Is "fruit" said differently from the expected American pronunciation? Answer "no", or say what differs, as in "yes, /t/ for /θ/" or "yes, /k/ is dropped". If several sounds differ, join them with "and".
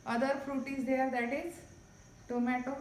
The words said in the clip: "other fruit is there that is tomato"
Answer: no